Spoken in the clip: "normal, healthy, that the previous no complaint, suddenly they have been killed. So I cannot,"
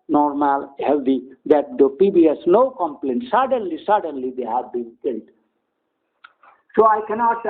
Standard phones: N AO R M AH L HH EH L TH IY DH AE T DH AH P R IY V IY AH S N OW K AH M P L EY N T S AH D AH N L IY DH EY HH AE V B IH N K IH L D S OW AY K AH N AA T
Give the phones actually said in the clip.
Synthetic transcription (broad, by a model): N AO R M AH L HH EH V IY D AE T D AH P IY B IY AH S N OW K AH M P L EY N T S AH D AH N L IY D EY HH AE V B IH N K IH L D S OW AY K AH N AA T